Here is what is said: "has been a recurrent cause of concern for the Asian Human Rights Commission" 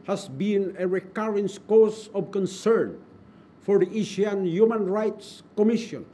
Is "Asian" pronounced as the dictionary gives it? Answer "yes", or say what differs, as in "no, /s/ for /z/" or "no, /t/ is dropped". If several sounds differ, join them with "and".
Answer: no, /ʃ/ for /ʒ/